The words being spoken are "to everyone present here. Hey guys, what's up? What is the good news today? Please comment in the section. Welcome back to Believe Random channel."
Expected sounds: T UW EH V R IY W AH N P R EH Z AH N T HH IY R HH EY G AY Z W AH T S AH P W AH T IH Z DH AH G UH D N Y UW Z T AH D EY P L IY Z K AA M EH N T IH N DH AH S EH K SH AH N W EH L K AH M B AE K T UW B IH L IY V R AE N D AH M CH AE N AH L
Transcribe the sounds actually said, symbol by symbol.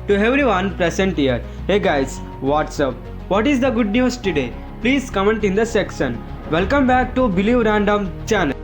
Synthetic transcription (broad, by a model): T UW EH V R IY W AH N P R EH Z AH N T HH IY R HH EY G AY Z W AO T S AH P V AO T IH Z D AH G UH D N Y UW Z T AH D EY P L IY Z K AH M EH N T IH N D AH S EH K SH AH N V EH L K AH M B AE K T UW B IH L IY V R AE N D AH M CH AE N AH L